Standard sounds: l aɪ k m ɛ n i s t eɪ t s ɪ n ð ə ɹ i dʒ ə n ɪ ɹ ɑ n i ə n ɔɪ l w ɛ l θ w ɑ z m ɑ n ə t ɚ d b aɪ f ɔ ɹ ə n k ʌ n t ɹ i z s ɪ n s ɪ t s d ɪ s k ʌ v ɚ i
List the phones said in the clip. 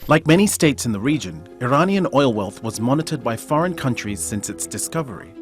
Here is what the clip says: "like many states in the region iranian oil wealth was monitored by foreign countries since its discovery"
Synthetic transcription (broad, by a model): l aɪ k m ɛ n i s t eɪ t s ɪ n ð ə ɹ i dʒ ə n ɪ ɹ ɑ n i ə n ɔɪ l w ɛ l θ w ɑ z m ɑ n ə t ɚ d b aɪ f ɔ ɹ ə n k ʌ n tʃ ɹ i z s ɪ n s ɪ t s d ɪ s k ʌ v ɚ i